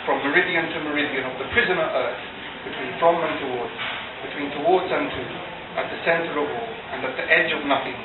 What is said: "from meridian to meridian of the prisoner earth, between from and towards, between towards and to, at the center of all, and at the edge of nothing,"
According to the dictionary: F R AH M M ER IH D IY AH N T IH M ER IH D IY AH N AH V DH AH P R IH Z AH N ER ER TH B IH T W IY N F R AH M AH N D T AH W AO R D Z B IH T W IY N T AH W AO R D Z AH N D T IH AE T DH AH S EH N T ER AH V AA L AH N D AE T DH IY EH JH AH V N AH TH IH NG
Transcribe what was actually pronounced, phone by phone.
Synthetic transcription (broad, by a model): F R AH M M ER IH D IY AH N T IH M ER IH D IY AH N AH V DH AH P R IH Z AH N ER ER TH B IH T W IY N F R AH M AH N T AH W AO R D Z B IH T W IY N T AH W AO R D Z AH N T IH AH T DH AH S EH N T ER AH V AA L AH N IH T DH IY EH JH AH V N AH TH IH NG